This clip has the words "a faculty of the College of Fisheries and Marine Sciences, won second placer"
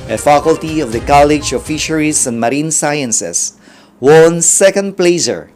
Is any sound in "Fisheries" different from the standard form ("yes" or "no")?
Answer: yes